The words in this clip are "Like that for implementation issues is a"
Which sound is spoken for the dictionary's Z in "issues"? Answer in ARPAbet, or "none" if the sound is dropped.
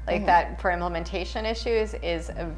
Z